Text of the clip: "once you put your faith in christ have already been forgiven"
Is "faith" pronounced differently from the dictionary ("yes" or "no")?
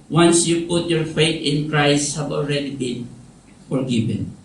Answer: yes